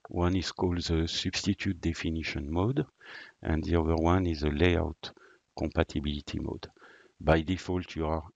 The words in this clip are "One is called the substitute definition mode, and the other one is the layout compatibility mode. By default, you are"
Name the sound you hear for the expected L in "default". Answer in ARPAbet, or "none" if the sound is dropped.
L